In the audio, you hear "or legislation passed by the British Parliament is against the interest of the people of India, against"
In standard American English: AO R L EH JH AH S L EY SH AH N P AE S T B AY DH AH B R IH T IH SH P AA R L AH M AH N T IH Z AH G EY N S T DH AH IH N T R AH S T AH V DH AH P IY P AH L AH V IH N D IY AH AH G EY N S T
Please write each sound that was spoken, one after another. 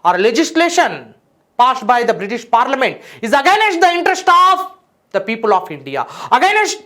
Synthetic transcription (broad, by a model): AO R L EH JH AH S L EY SH AH N P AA S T B AY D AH B R IH T IH SH P AA R L AH M AH N T IH Z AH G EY N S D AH IH N T R AH S T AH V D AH P IY P AH L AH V IH N D IY AH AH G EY N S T